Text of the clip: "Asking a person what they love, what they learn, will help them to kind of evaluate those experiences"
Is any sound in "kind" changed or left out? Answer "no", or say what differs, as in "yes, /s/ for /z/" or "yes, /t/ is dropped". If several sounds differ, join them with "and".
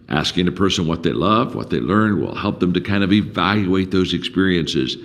no